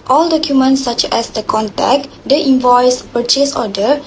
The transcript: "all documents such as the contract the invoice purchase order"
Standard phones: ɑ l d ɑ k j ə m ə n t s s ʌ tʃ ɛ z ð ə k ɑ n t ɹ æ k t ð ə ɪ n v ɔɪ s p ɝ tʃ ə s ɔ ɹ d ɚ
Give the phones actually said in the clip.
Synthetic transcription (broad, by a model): ɑ l d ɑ k j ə m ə n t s s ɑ tʃ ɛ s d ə k ɑ n t ɛ k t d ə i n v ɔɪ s p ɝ tʃ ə s ɔ d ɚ